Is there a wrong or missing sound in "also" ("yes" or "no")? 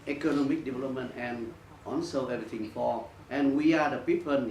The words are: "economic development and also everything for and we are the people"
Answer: yes